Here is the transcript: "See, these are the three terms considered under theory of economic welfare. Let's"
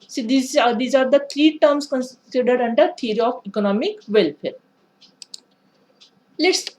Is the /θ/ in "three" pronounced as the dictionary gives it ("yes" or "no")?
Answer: no